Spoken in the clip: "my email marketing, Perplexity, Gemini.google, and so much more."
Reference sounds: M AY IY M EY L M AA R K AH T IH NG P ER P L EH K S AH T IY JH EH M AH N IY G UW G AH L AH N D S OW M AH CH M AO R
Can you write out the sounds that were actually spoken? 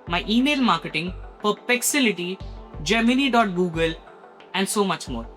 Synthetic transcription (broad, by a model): M AY IY M EY L M AA R K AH T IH NG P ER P EH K S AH T IY JH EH M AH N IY G UW G AH L AH N D S OW M AH CH M AO R